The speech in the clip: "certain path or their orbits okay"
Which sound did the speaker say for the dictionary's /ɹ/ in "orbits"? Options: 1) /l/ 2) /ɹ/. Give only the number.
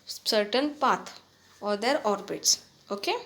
2